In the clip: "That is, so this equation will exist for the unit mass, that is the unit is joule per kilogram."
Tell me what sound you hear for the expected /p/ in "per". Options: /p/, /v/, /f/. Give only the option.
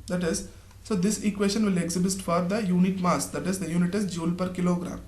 /p/